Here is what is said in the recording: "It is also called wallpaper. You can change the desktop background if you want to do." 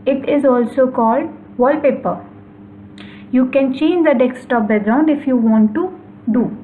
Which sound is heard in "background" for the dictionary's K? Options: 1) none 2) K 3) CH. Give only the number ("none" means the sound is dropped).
1